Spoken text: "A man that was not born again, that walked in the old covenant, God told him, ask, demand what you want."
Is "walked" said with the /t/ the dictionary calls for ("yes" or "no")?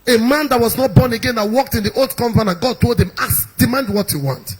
yes